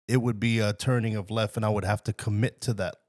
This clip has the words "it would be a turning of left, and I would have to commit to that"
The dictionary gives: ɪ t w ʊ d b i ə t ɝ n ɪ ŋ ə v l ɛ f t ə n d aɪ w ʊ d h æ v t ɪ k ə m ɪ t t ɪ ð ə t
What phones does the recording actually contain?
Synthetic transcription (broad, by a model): ɪ t w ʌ d b i ə t ɝ n ɪ ŋ ə v l ɛ f t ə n aɪ w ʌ d h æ f t ɪ k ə m ɪ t t ɪ ð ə t